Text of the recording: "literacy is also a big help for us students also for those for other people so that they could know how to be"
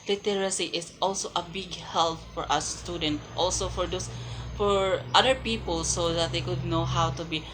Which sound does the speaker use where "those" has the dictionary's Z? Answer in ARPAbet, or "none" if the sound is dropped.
S